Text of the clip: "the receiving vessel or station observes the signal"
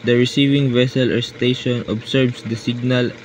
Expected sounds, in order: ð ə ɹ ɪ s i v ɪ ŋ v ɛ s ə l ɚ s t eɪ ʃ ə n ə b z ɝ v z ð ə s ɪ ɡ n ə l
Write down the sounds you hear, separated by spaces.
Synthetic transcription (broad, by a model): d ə ɹ ɪ s i v ɪ ŋ v ɛ s ə l ɚ s t eɪ ʃ ə n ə b s ɝ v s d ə s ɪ ɡ n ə l